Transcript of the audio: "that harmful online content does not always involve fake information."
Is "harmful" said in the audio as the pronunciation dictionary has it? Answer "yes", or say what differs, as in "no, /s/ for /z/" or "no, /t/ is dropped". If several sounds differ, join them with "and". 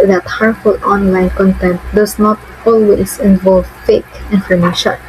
no, /m/ is dropped